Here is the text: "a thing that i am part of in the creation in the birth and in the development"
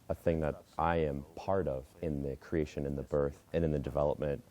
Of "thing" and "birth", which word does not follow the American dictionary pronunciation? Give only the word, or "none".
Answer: none